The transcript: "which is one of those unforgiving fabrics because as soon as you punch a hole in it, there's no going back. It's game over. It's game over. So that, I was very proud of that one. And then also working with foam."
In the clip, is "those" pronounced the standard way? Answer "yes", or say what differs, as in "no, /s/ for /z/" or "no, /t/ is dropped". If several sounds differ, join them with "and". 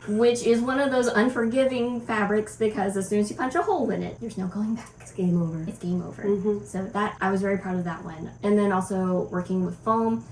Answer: yes